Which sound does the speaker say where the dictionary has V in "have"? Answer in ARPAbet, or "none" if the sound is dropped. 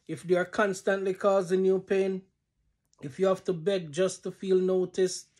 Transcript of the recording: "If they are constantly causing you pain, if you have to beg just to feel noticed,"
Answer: F